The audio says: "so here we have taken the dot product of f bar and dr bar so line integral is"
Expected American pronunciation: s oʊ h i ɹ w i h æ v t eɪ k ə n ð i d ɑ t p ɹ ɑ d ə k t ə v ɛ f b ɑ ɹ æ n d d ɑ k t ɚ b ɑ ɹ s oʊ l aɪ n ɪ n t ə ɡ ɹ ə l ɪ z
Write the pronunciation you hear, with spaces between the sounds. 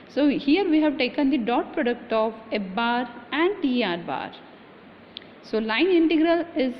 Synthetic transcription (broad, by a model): s oʊ h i ɹ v i h æ v t eɪ k ə n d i d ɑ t p ɹ ɑ d ə k t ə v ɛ b ɑ ɹ æ n d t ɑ t b ɑ ɹ s oʊ l aɪ n ɪ n t ə ɡ ɹ ə l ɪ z